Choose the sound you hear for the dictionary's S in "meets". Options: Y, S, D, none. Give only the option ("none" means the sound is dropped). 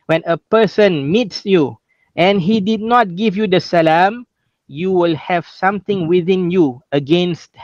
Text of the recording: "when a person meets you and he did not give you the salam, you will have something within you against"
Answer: S